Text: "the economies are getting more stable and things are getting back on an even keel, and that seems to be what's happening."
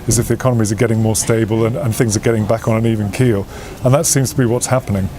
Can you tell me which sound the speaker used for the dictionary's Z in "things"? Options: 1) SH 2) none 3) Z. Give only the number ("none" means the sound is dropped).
3